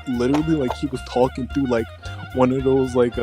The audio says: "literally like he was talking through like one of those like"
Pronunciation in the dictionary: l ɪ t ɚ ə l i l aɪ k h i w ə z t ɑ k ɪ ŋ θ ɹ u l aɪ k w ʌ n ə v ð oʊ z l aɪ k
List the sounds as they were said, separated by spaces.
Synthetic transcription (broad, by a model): l ɪ t ɚ l i l aɪ k h i w ə z t ɑ k ɪ ŋ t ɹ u l aɪ k w ʌ n ə v ð oʊ z l aɪ k